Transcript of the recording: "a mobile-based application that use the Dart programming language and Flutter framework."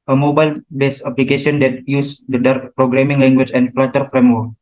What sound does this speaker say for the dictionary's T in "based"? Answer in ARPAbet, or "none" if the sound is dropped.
none